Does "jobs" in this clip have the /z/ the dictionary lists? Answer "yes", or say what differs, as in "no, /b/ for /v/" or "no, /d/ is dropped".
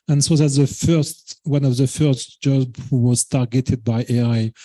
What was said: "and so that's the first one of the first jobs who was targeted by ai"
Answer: no, /z/ is dropped